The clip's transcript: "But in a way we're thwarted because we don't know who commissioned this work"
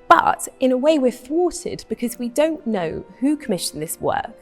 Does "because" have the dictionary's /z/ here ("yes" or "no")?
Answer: yes